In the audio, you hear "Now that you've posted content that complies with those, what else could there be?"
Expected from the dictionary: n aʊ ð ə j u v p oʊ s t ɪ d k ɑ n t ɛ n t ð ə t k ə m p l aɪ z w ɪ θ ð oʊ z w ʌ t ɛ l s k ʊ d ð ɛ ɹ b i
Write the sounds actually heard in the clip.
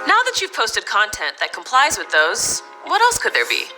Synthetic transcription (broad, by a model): n aʊ ð ə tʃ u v p oʊ s t ɪ d k ɑ n t ɛ n ð ə t k ə m p l aɪ z w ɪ ð oʊ z w ʌ t ɛ l s k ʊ d ð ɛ ɹ b i